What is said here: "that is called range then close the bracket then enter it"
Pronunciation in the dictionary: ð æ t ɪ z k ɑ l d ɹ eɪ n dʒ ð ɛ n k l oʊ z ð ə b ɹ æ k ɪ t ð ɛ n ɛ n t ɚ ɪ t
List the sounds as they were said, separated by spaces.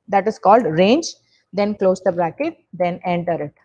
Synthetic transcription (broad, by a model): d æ t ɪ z k ɑ l d ɹ eɪ n dʒ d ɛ n k l oʊ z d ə b ɹ æ k ɪ t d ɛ n ɛ n t ɚ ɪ t